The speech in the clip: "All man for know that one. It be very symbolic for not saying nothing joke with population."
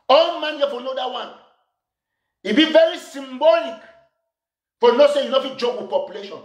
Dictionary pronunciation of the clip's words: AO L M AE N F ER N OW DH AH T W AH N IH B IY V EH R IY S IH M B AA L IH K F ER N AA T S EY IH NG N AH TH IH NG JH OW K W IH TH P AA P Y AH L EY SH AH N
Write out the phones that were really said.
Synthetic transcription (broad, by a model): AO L M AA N F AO N OW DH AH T W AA N IH B IY V EH R IY S IH M B AA L IH K F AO N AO S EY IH N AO F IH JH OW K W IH P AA P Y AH L EY SH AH N